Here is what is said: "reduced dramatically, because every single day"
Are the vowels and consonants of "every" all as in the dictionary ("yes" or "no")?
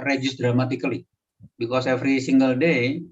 no